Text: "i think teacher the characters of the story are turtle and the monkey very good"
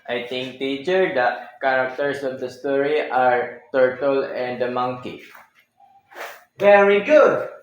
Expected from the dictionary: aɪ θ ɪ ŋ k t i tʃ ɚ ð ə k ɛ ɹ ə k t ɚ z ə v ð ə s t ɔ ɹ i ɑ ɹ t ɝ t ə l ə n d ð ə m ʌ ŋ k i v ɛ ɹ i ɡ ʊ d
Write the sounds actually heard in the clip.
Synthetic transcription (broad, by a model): aɪ t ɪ ŋ k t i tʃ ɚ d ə k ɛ ɹ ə k t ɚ s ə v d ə s t ɔ ɹ i ɑ ɹ t ɝ t ə l ə n d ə m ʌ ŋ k i v ɛ ɹ i ɡ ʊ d